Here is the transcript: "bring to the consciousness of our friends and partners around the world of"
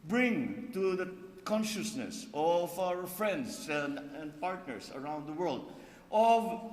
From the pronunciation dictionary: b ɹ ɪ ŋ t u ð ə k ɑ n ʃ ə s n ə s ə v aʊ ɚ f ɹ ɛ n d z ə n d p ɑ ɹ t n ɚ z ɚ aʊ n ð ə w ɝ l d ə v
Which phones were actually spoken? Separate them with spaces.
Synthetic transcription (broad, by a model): b ɹ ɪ ŋ t u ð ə k ɑ n ʃ ə s n ə s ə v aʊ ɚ f ɹ ɛ n d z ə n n p ɑ ɹ t n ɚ s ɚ aʊ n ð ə w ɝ l d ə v